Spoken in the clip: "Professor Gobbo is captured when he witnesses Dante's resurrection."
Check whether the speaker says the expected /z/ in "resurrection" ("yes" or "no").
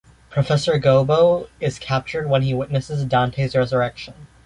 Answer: yes